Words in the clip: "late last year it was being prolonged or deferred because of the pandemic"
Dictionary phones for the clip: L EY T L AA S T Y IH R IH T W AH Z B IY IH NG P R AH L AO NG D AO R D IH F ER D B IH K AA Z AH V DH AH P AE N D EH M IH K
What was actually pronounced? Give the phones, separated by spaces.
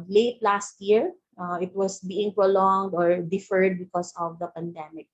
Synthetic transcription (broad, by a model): L EY T L AA S T Y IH R IH T W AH S B IY IH NG P R AH L AO NG D AO R D IH F ER D B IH K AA S AH V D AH P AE N D EH M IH K